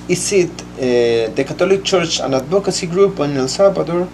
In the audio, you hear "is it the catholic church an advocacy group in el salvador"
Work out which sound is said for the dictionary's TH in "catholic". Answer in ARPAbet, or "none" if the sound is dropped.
T